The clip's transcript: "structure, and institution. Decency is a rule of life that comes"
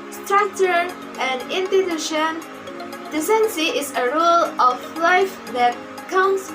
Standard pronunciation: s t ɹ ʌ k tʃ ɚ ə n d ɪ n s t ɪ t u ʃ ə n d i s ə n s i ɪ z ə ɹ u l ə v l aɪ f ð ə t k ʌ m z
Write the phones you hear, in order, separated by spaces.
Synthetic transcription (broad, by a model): s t ɹ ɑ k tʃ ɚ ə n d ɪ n t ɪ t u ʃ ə n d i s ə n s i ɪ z ə ɹ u l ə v l aɪ f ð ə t k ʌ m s